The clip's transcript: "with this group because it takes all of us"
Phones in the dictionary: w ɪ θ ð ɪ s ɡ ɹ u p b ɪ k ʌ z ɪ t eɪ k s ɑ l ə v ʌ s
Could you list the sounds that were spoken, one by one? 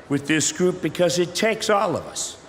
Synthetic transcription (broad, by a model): w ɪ ð ɪ s ɡ ɹ u p b ɪ k ʌ z ɪ t eɪ k s ɑ l ə v ʌ s